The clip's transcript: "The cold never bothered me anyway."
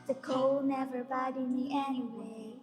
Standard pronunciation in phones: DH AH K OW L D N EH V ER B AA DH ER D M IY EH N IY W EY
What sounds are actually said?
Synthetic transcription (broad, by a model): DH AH K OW L N EH V ER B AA IH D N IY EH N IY W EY